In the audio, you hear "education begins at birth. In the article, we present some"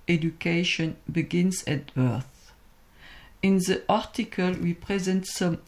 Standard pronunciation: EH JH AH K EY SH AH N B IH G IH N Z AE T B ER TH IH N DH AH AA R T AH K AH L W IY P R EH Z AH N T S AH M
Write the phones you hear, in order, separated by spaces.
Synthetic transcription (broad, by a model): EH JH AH K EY SH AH N B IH G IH N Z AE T B ER TH IH N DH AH AA R T AH K AH L W IY P R EH Z AH N T S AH M